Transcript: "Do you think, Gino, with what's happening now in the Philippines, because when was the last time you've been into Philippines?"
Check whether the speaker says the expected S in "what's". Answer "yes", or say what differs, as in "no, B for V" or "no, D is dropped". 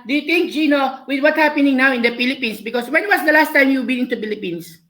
no, S is dropped